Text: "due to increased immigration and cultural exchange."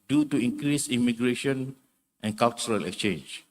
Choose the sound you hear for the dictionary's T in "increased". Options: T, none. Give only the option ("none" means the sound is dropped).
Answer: none